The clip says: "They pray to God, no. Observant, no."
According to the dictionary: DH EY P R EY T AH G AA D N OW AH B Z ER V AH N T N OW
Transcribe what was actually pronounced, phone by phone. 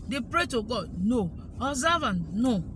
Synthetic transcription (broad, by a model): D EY P R EY T AH G AA D N OW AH Z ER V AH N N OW